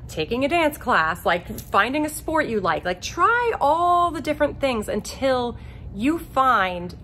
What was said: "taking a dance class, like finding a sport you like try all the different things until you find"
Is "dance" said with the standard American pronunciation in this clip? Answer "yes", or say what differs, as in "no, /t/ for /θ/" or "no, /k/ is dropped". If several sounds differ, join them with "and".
yes